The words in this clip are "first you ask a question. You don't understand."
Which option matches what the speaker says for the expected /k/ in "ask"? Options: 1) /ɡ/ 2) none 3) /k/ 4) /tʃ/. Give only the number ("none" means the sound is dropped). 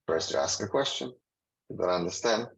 3